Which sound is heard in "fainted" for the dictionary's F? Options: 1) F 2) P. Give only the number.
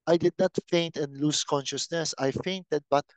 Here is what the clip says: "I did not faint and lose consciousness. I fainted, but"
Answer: 1